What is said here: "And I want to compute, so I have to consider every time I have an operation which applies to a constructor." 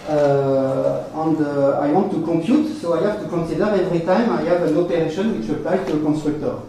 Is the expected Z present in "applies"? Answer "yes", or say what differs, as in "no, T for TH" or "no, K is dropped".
no, Z is dropped